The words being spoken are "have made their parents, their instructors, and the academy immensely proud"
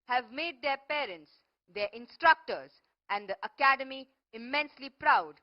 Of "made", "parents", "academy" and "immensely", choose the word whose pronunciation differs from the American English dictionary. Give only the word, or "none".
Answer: none